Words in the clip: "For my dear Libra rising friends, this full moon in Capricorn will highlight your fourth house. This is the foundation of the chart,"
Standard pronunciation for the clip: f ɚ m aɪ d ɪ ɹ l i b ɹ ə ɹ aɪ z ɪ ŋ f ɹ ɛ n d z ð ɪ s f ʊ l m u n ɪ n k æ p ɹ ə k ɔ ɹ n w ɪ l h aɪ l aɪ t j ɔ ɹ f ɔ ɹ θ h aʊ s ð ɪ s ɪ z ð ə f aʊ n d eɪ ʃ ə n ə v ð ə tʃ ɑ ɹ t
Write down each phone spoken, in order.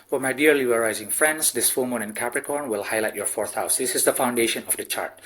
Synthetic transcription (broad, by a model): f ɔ m aɪ d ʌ ɹ l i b ə ɹ aɪ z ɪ ŋ f ɹ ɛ n d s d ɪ s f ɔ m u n ɪ n k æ p ɹ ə k ɔ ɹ n w ɪ l h aɪ l aɪ t j ɔ ɹ f ɔ ɹ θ h aʊ s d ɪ s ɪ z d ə f aʊ n d eɪ ʃ ə n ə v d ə tʃ ɑ ɹ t